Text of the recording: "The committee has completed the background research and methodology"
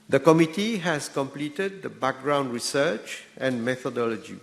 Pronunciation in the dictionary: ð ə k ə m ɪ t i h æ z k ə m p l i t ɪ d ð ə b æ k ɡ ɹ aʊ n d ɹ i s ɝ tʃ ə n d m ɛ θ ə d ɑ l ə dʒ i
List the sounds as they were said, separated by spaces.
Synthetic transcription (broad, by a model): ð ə k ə m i t i h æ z k ə m p l i t ɪ d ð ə b æ k ɡ ɹ aʊ n d ɹ i s ɝ tʃ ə n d m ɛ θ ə d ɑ l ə dʒ i